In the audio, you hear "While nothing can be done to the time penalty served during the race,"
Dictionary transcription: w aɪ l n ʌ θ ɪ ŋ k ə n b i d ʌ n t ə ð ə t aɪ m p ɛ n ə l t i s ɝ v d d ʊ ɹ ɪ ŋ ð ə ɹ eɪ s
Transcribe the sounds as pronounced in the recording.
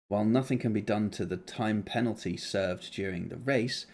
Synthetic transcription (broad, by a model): w aɪ l n ʌ θ ɪ ŋ k ə n b i d ʌ n t ə ð ə t aɪ m p ɛ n l t i s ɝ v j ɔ ɹ ɪ ŋ ð ə ɹ eɪ s